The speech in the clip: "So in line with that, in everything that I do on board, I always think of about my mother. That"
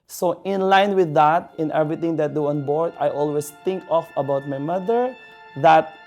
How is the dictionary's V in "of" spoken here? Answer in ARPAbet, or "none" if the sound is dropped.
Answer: F